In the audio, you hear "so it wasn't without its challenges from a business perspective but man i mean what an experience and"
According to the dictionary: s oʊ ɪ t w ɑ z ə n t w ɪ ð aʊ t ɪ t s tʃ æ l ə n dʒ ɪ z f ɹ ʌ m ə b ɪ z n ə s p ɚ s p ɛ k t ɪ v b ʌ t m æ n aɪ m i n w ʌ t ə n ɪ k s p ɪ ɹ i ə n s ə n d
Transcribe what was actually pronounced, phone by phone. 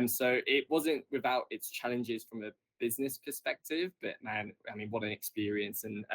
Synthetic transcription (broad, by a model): s oʊ ɪ t w ɑ z ə n t w ɪ ð aʊ t ɪ t s tʃ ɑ l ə n dʒ ɪ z f ɹ ʌ m ə b ɪ z n ə s p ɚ s p ɛ k t ɪ v b ʌ t m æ n aɪ m i n w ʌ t ə n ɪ k s p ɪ ɹ i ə n s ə n